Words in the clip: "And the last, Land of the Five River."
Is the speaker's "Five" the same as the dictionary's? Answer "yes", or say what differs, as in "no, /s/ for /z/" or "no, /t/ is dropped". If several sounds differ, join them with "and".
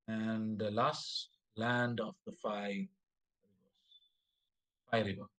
no, /f/ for /v/